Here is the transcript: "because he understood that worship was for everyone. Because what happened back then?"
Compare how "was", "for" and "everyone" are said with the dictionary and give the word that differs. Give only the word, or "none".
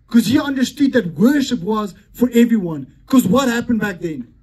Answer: none